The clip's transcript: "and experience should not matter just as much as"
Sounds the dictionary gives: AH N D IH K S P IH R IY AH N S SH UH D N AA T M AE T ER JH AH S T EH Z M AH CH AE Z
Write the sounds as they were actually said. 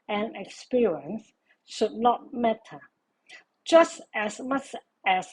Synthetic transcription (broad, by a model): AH N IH K S P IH R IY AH N S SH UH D N AA T M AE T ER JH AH S T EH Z M AH CH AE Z